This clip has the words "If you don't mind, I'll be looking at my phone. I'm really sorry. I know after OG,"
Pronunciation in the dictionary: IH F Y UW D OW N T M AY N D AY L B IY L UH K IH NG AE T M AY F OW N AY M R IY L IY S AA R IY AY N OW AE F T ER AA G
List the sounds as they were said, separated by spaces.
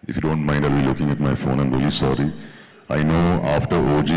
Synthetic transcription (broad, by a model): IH F Y UW D OW N T M AY N D AY L B IY L UH K IH NG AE T M AY F OW N AY M R IY L IY S AA R IY AY N OW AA F T ER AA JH